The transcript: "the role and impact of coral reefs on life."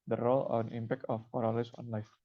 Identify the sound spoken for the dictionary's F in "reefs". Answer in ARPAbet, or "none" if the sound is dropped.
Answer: none